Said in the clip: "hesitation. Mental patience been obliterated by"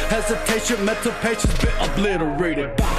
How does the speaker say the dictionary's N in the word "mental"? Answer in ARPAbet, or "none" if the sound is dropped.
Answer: none